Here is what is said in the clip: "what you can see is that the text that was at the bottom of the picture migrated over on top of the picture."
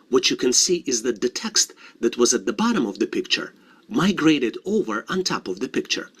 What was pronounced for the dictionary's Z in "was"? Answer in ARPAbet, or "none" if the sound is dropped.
Z